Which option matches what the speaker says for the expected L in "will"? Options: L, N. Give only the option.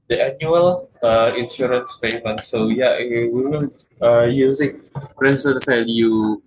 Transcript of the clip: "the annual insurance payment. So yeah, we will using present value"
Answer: N